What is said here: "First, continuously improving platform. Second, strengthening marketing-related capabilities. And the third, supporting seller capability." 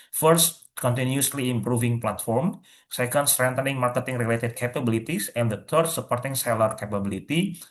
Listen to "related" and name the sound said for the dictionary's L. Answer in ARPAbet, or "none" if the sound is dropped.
L